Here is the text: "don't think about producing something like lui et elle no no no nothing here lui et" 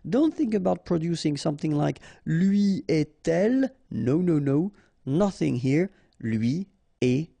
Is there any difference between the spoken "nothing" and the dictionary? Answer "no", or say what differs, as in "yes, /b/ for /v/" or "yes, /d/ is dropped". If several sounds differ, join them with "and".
no